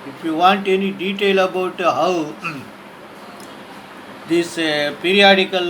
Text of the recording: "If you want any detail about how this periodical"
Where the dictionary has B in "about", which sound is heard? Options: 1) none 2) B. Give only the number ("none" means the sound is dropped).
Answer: 2